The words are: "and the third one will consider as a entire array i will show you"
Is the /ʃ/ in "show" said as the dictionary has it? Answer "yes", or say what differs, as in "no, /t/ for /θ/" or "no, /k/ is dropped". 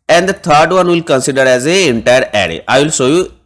no, /s/ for /ʃ/